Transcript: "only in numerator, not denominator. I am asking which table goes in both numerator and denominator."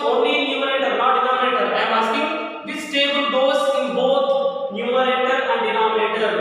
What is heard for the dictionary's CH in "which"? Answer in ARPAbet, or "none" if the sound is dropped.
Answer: S